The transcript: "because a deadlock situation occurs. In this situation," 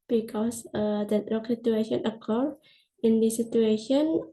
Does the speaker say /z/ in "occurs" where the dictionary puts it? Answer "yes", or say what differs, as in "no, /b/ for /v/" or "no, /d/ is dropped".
no, /z/ is dropped